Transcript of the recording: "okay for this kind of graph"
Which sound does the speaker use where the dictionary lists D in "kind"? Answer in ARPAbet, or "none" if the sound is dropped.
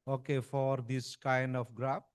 D